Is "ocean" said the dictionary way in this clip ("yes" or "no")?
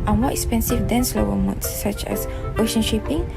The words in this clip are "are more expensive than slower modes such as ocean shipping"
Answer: yes